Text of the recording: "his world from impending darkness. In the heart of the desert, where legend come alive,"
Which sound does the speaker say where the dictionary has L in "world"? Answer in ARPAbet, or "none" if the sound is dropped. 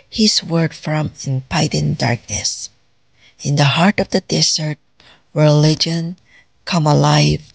none